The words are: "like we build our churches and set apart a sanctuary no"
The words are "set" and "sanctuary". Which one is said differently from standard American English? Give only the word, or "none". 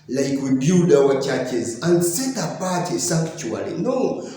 sanctuary